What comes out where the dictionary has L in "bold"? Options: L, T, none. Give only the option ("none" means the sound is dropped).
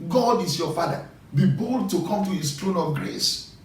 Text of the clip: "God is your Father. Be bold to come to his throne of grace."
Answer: L